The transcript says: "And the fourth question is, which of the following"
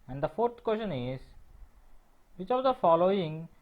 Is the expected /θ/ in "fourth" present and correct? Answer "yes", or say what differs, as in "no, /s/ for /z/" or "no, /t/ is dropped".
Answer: no, /t/ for /θ/